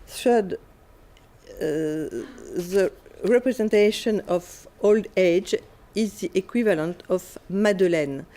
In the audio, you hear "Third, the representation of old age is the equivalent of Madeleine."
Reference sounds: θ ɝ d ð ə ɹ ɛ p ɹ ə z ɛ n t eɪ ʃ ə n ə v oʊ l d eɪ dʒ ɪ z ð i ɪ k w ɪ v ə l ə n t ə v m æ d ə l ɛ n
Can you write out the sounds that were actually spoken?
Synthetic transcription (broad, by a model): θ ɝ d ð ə ɹ ɛ p ɹ ə z ɛ n t eɪ ʃ ə n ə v oʊ l d eɪ dʒ ɪ z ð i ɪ k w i v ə l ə n t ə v m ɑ d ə l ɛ n